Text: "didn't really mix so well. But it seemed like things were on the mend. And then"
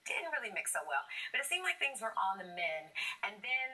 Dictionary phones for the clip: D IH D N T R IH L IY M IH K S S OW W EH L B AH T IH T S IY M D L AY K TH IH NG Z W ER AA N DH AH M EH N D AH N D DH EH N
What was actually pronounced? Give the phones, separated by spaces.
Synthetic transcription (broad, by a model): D IH D N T R IH L IY M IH K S S OW W EH L B AH T IH T S IY M D L AY K TH IH NG Z W ER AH N DH AH M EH N AH N DH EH N